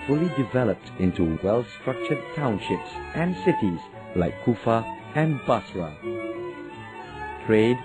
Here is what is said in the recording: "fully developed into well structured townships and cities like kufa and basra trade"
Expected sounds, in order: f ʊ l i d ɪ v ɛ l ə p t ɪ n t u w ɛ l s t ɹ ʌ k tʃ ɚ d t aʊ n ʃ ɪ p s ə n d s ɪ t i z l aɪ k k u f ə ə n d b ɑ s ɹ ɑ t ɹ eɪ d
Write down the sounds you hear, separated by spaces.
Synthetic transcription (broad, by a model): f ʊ l i d ɪ v ɛ l ə p t ɪ n t u w ɛ l s t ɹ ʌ k tʃ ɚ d t aʊ n ʃ ɪ p s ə n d s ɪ t i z l aɪ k k u f ə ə n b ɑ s w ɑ t ɹ eɪ d